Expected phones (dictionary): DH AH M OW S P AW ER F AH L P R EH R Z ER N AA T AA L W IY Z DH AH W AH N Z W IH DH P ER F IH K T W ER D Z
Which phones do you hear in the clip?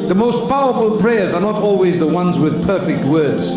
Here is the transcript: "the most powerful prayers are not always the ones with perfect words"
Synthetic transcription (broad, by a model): DH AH M OW S P AW ER F AH L P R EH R Z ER N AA T AA L W IY Z DH AH W AH N Z W IH DH P ER F IH K T W ER D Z